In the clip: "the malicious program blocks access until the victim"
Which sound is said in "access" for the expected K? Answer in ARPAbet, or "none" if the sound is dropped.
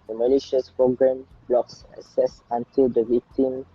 none